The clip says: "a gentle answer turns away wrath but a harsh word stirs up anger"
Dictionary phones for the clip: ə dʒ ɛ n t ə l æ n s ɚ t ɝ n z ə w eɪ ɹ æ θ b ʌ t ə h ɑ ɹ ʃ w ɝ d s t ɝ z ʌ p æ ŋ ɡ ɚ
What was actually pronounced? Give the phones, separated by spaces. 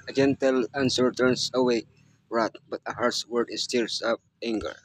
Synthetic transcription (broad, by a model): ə dʒ ɛ n t ə l æ n s ɚ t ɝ n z ə w eɪ ɹ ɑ t b ʌ t ə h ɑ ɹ s w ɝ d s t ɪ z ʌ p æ ŋ ɡ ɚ